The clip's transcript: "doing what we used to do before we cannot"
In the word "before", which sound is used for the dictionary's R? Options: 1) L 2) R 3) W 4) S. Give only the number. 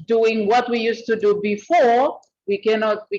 2